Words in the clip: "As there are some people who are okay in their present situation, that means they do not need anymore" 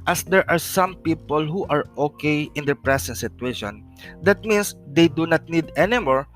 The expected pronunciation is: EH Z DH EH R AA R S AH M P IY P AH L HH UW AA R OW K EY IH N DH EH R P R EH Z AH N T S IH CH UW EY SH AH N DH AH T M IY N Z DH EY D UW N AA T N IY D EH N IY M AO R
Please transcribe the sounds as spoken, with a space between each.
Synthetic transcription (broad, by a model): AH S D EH R AA R S AH M P IY P AH L HH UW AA R OW K EY IH N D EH R P R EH S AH N T S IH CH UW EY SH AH N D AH T M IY N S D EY D UW N AA T N IY D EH N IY M AO R